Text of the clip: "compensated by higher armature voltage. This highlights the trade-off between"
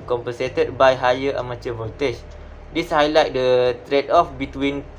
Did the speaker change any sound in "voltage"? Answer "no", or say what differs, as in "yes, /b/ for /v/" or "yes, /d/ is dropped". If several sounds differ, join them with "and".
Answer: yes, /l/ is dropped